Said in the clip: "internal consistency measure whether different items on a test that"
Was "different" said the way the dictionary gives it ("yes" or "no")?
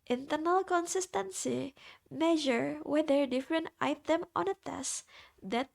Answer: yes